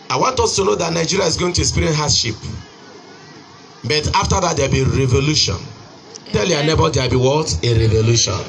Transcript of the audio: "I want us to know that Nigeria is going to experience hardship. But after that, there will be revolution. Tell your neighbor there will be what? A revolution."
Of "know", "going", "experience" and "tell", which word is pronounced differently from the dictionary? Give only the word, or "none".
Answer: experience